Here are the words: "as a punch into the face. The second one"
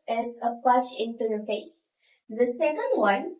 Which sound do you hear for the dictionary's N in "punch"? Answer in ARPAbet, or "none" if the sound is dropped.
none